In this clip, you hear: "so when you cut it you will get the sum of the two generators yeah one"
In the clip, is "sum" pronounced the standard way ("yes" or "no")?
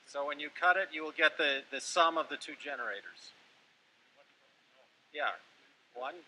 yes